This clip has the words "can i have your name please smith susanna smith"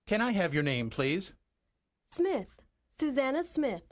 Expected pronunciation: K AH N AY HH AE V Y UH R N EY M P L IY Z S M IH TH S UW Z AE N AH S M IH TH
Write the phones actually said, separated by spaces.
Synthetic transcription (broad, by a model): K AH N AY HH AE V Y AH R N EY M P L IY Z S M IH TH S UW Z AE N AH S M IH TH